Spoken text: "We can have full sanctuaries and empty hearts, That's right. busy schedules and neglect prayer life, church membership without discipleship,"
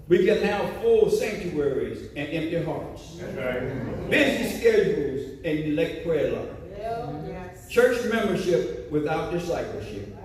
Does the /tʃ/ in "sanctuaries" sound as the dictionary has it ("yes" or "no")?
yes